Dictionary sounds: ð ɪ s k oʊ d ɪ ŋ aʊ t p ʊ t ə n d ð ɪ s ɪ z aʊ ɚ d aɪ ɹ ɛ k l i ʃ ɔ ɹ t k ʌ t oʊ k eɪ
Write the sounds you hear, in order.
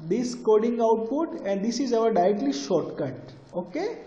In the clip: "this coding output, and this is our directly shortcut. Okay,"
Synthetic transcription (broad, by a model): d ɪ s k oʊ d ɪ ŋ aʊ t p ʊ t ə n d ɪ s ɪ z aʊ ɚ d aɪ ɹ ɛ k l i ʃ ɔ ɹ t k ʌ t oʊ k eɪ